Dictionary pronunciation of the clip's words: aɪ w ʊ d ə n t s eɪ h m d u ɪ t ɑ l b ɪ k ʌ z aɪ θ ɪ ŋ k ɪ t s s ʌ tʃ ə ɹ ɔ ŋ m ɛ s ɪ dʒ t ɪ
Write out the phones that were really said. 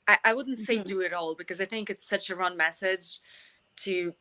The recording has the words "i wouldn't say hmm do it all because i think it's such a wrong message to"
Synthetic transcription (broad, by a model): aɪ w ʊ d n t s eɪ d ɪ ɪ t ɑ l b ɪ k ʌ z aɪ θ ɪ ŋ k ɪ t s s ʌ tʃ ə ɹ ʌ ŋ m ɛ s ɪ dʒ t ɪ